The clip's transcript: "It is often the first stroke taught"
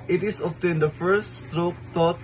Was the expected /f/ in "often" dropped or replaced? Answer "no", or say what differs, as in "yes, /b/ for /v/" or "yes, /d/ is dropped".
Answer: yes, /p/ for /f/